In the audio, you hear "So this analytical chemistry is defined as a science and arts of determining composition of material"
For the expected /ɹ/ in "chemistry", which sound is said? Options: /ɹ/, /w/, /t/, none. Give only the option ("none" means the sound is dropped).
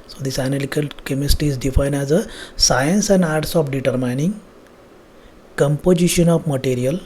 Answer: none